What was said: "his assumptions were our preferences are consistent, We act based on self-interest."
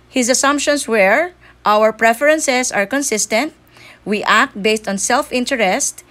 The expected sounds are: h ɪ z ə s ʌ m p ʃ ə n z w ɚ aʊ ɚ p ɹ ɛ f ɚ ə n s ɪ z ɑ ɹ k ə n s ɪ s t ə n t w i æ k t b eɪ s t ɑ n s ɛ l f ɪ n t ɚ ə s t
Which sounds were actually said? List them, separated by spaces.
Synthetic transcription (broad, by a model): h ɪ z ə s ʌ m p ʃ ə n s w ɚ aʊ ɚ p ɹ ɛ f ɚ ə n s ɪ s ɑ ɹ k ə n s ɪ s t ə n t w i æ k t b eɪ s t ɑ n s ɛ l f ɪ n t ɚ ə s t